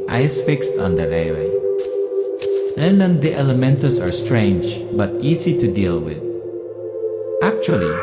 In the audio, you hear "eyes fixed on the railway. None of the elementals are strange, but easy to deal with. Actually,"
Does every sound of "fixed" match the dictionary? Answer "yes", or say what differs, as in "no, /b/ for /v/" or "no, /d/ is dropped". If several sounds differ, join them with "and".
yes